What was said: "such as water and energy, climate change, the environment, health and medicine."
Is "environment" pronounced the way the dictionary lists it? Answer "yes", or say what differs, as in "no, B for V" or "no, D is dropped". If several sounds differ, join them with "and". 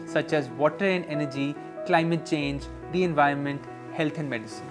yes